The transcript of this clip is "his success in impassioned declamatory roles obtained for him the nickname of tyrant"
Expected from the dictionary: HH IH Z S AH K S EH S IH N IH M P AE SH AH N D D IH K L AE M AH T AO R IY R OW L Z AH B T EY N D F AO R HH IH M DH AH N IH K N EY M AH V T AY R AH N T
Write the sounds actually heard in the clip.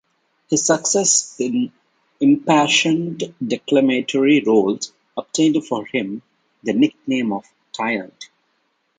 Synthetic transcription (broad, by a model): HH IH Z S AH K S EH S IH N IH M P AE SH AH N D D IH K L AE M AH T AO R IY R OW L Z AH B T EY N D F AO R HH IH M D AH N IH K N EY M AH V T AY AH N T